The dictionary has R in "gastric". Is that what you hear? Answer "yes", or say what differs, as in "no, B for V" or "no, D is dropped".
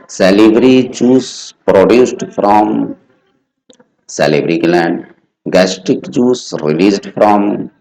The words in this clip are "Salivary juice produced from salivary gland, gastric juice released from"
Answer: no, R is dropped